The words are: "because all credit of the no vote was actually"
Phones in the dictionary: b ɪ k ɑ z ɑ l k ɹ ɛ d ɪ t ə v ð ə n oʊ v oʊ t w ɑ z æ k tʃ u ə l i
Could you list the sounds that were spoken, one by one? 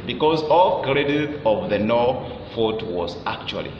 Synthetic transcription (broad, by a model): b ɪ k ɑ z ɑ l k ɹ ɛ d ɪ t ə v ð ə n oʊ f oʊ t w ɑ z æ k tʃ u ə l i